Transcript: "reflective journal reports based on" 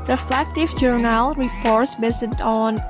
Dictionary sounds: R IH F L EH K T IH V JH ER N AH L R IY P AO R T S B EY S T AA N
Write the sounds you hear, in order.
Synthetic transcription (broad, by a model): R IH F L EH K T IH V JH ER N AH L R IY P AO R T S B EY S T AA N